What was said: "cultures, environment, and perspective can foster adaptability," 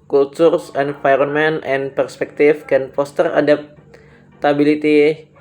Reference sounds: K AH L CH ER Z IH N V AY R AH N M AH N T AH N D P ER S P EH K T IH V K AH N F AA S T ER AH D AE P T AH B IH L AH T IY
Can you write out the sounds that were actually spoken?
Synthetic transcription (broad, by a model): K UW L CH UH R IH N F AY R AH N M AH N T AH N P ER S P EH K T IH F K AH N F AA S T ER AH D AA P T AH B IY L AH T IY